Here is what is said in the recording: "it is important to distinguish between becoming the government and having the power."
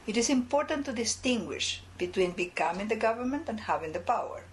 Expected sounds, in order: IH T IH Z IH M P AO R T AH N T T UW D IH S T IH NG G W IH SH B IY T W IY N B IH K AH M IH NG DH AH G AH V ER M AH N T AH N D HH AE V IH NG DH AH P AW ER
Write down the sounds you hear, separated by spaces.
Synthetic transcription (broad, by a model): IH T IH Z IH M P AO R T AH N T T UW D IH S T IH NG G W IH SH B IY T W IY N B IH K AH M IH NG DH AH G AH V ER M AH N T AH N D HH AE V IH NG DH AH P AW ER